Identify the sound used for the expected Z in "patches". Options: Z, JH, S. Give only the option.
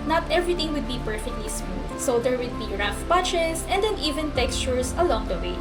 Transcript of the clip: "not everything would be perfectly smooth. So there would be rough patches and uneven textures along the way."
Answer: S